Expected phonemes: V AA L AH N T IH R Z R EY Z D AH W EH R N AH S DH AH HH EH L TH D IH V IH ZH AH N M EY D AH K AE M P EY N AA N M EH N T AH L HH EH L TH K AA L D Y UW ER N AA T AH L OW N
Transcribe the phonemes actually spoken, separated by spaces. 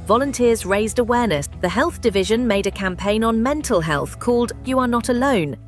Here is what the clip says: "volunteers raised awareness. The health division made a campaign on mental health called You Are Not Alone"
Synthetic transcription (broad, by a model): V AA L AH N T IH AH Z R EY Z D AH W EH N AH S DH AH HH EH L TH D IH V IH ZH AH N M EY D AH K AE M P EY N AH N M EH N T AH L HH EH L TH K AA L D Y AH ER N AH T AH L OW N